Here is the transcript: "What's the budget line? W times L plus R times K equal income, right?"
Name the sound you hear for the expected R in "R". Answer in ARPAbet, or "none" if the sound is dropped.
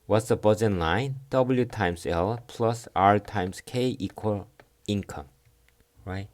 R